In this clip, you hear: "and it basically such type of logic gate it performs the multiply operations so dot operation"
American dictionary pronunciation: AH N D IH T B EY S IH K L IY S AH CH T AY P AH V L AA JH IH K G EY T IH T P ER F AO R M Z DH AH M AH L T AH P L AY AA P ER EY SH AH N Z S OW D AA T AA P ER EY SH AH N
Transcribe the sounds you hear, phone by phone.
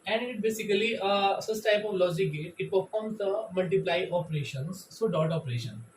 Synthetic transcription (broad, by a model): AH N D IH T B EY S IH K L IY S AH S T AY P AH V L AA JH IH K G EY T IH T P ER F AO R M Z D AH M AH L T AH P L AY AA P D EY SH AH N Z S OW D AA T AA P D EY SH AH N